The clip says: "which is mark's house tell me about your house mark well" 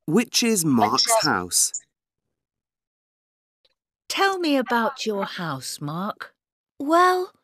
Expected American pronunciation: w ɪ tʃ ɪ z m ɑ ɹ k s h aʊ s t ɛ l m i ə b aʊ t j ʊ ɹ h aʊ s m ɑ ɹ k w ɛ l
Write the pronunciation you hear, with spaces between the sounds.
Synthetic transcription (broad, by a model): w ɪ tʃ ɪ z m ɑ ɹ k s h aʊ s t ɛ l m i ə b aʊ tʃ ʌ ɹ h aʊ s m ɑ ɹ k w ɛ l